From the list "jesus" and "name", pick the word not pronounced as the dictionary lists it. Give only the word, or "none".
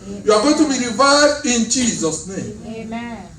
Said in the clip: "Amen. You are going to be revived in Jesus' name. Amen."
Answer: name